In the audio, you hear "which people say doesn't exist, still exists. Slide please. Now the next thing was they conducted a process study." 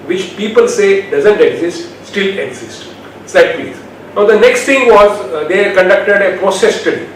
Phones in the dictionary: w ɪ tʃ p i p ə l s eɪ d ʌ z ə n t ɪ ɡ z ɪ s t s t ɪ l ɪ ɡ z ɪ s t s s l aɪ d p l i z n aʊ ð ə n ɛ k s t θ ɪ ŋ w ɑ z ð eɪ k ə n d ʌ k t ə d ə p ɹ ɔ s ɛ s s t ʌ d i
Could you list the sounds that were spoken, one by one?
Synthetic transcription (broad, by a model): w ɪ tʃ p i p ə l s eɪ d ʌ z ə n t ɪ ɡ z ɪ s t s t ɪ l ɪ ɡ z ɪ s t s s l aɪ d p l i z n aʊ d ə n ɛ k s t t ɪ ŋ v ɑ z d eɪ k ə n d ʌ k t ə d ə p ɹ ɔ s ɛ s s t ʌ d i